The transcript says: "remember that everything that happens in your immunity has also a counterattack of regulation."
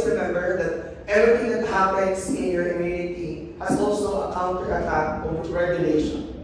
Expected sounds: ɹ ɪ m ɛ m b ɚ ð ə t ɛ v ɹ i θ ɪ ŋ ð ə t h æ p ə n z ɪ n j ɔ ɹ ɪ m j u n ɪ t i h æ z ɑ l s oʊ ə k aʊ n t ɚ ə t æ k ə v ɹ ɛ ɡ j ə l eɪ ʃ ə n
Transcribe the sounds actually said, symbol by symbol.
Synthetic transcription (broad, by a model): ɹ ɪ m ɛ m b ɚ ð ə t ɛ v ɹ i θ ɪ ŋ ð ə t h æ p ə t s ɪ n j ɔ ɹ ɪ m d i ɪ t i h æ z ɑ l s oʊ ə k aʊ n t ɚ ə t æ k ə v ɹ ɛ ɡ j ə l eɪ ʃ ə n